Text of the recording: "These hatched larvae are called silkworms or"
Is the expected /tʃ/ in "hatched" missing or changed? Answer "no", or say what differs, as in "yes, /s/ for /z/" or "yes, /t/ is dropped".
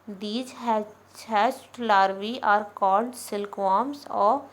yes, /s/ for /tʃ/